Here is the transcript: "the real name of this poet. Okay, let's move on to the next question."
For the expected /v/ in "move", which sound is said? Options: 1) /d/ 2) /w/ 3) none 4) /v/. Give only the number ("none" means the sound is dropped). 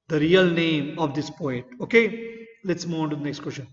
3